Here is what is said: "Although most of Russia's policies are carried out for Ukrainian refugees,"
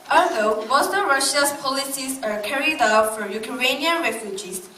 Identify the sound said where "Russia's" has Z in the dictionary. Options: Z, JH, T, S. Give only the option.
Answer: S